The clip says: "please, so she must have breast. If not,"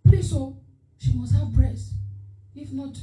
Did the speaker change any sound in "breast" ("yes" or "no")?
yes